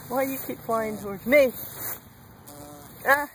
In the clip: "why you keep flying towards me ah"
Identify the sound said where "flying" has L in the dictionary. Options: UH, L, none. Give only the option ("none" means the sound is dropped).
none